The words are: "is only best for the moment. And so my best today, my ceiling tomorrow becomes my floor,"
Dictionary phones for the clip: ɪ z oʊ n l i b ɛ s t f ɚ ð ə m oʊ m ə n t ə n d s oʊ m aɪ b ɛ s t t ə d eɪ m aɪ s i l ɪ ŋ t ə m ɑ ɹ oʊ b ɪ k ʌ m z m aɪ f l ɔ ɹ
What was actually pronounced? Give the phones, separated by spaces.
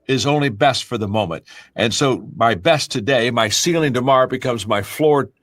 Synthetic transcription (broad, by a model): ɪ z oʊ n l i b ɛ s t f ɚ ð ə m oʊ m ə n t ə n s oʊ m aɪ b ɛ s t t ə d eɪ m aɪ s i l ɪ ŋ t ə m ɑ ɹ b ɪ k ʌ m z m aɪ f l ɔ ɹ